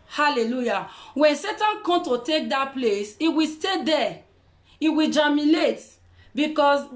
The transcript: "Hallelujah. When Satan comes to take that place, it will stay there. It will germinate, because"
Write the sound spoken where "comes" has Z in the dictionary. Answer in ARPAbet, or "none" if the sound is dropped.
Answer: none